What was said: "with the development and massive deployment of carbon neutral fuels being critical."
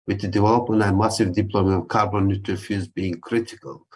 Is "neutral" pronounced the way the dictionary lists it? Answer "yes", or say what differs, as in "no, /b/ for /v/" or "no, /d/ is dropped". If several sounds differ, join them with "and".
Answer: no, /ɹ/ is dropped